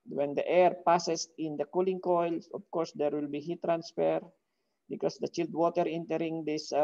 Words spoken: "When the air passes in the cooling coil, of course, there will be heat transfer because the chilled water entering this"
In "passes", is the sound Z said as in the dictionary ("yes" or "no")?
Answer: no